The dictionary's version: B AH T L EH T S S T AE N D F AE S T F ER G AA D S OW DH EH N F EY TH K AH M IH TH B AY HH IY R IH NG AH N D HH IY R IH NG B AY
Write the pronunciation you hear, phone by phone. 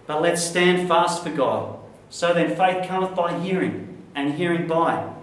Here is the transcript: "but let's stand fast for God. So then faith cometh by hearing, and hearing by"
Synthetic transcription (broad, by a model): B AH T L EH T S S T AE N D F AE S T F ER G AA D S OW DH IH N F EY TH K AH M IH TH B AY HH IY R IH NG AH N HH IY R IH NG B AY